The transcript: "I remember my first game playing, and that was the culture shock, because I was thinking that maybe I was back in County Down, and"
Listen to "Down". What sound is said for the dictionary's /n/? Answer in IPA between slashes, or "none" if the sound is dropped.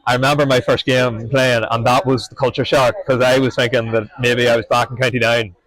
none